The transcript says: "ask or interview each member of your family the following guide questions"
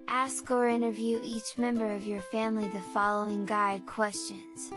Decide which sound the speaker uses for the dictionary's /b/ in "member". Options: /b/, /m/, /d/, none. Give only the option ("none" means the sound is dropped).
/b/